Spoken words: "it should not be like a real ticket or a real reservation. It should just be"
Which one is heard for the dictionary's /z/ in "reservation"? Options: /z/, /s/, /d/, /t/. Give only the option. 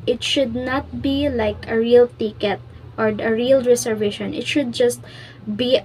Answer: /s/